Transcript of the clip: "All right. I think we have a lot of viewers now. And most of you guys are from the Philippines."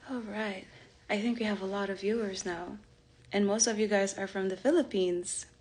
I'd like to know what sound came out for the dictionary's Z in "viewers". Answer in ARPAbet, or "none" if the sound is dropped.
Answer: Z